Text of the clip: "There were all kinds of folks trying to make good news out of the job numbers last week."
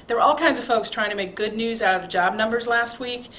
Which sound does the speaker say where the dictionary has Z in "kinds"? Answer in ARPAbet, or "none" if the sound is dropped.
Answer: Z